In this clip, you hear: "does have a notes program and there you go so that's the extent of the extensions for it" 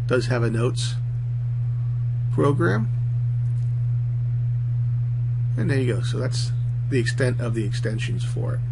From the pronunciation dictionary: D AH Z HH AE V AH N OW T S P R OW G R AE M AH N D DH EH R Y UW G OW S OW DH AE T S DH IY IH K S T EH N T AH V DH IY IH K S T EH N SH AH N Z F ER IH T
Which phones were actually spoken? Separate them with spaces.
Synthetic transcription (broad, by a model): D AH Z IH V AH N OW T S P R OW G R AE M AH N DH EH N Y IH G OW S OW DH AE T S DH IY IH K S T EH N T AH V DH IY IH K S T EH N SH AH N Z F ER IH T